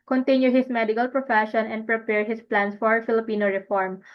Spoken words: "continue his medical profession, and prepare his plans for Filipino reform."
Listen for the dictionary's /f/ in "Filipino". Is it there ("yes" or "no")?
yes